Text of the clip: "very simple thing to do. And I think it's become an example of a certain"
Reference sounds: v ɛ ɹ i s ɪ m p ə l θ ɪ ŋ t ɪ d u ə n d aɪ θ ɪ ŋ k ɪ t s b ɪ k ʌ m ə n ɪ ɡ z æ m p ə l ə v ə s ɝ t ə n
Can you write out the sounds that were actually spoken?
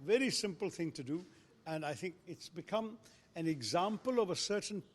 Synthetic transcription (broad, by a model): v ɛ ɹ i s ɪ m p ə l θ ɪ ŋ t ɪ d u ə n aɪ θ ɪ ŋ k ɪ t s b ɪ k ʌ m ə n ɪ ɡ z æ m p ə l ə v ə s ɝ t n